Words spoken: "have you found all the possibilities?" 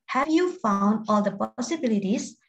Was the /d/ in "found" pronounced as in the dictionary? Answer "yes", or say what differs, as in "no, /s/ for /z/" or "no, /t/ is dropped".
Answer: yes